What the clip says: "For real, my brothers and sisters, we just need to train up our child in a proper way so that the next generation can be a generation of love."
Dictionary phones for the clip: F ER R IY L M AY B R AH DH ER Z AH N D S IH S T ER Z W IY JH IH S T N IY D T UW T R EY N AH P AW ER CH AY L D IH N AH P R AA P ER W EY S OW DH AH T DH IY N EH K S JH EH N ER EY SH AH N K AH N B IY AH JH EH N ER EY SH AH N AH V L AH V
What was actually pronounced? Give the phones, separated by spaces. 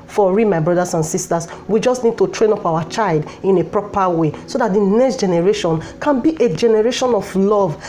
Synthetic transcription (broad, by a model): F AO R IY M AY B R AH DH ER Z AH N S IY S T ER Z W IY JH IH S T N IY D T UW T R EY N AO P AW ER CH AY L D IH N AH P R AA P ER W EY S OW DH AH T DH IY N EH K S JH EH N ER EY SH AH N K AH N B IY AH JH EH N ER EY SH AH N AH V L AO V